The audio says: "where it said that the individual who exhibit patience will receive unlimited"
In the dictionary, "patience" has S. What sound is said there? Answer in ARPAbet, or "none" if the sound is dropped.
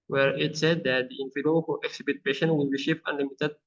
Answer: none